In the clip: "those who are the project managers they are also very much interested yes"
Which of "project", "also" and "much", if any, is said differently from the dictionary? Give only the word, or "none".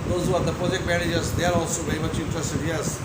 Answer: much